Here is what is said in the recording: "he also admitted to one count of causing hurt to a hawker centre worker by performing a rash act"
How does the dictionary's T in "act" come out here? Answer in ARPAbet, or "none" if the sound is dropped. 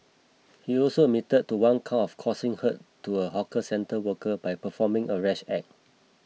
none